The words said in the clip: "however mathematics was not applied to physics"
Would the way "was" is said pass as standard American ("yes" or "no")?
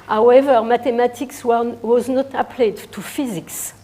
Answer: yes